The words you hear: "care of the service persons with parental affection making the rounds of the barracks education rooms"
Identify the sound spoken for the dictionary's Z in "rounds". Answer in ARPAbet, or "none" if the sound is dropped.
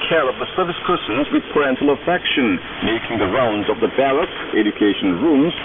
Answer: Z